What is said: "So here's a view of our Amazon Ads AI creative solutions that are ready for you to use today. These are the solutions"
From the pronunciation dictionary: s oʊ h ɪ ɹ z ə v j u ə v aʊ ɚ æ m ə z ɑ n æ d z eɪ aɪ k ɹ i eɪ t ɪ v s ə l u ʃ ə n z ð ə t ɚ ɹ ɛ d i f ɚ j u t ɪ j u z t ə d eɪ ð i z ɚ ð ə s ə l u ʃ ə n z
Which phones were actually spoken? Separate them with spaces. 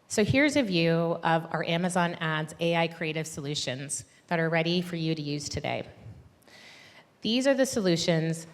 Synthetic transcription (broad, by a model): s oʊ h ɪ ɹ z ə v j u ə v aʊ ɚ æ m ə z ɑ n æ d z eɪ aɪ k ɹ i eɪ t ɪ v s ə l u ʃ ə n z ð ə t ɚ ɹ ɛ d i f ɚ j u t ɪ j u z t ə d eɪ ð i z ɚ ð ə s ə l u ʃ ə n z